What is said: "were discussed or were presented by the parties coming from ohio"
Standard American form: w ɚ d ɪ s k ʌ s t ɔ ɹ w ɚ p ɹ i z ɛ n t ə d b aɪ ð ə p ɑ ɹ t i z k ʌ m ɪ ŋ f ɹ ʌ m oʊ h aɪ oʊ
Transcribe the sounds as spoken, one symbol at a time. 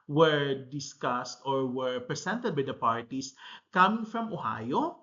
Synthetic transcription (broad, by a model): w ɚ d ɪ s k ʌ s t ɔ ɹ w ɚ p ɹ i s ɛ n t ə d b aɪ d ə p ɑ ɹ t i s k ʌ m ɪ ŋ f ɹ ʌ m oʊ h aɪ oʊ